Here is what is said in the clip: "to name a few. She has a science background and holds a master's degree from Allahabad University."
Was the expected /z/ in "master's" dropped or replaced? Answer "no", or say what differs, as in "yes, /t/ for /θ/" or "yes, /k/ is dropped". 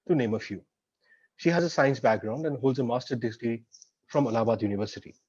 yes, /z/ is dropped